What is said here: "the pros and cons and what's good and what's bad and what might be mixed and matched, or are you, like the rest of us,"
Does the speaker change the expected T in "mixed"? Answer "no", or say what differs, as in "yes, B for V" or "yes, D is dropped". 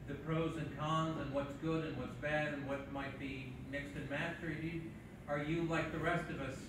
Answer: no